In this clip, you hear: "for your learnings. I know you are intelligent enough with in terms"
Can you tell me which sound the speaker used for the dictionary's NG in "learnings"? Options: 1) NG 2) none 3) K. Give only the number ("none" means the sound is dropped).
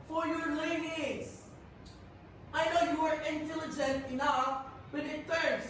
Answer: 2